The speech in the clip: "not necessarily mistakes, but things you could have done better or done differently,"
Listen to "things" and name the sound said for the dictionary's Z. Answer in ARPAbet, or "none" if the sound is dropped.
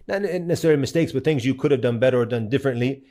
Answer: Z